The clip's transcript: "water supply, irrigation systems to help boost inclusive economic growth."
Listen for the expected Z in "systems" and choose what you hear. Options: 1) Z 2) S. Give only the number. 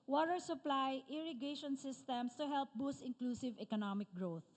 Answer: 2